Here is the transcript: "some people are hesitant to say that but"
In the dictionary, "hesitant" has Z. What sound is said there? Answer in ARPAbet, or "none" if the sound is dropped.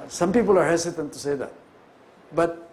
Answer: S